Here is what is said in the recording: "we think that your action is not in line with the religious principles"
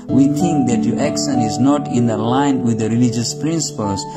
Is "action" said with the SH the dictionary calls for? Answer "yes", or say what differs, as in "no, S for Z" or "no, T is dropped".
no, S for SH